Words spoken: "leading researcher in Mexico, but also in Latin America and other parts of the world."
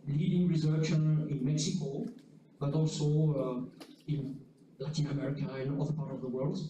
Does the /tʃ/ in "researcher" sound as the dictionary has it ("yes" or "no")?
no